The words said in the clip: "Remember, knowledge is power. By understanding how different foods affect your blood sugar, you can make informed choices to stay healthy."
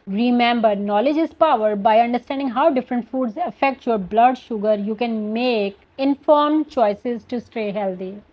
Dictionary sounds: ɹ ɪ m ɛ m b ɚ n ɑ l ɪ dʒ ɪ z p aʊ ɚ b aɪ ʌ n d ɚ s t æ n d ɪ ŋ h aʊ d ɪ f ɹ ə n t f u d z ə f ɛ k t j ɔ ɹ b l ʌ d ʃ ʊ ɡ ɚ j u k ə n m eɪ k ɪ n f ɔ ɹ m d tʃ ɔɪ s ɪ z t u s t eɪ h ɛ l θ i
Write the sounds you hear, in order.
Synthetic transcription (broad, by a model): ɹ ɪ m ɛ m b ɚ n ɑ l ɪ dʒ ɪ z p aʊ ɚ b aɪ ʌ n d ɚ s t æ n d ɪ ŋ h aʊ d ɪ f ɹ ə n t f u d z ə f ɛ k t j ɔ ɹ b l ʌ d ʃ ʊ ɡ ɚ j u k ə n m eɪ k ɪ n f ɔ ɹ m tʃ ɔɪ s ɪ z t u s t eɪ h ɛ l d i